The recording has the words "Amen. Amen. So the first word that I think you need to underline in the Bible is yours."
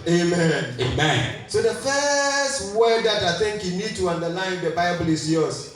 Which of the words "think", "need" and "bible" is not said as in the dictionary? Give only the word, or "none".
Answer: none